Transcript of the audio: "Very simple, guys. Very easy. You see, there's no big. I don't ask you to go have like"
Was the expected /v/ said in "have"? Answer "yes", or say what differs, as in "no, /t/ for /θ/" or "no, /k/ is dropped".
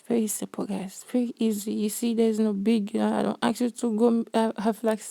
no, /f/ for /v/